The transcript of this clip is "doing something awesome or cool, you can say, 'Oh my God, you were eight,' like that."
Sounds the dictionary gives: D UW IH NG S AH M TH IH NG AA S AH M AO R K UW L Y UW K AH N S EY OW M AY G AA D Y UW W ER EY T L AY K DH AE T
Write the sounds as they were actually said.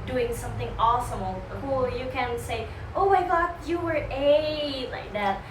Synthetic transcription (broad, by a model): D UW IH NG S AH M TH IH NG AA S AH M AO L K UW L Y UW K AH N S EY OW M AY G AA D Y UW W ER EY L AY K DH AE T